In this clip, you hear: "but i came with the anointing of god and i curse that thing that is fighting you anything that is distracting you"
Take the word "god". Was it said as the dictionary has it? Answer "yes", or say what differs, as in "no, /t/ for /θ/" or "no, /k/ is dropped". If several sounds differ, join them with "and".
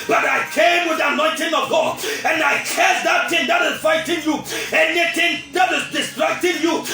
no, /d/ is dropped